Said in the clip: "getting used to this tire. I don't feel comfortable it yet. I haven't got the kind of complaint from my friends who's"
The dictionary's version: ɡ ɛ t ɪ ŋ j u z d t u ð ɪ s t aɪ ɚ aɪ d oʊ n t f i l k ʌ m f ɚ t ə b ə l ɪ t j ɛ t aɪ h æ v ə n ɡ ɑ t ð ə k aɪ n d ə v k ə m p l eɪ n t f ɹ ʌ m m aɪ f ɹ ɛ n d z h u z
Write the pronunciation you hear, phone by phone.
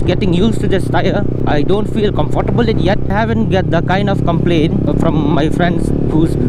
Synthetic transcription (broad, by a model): ɡ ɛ t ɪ ŋ j u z t u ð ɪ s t aɪ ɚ aɪ d oʊ n t f i l k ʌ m f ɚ t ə b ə l ɪ t j ɛ t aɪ h æ v ə n ɡ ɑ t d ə k aɪ n d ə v k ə m p l eɪ n f ɹ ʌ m m aɪ f ɹ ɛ n d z h u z